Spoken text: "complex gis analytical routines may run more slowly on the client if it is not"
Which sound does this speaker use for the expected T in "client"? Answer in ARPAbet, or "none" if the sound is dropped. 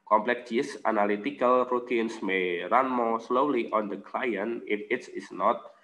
none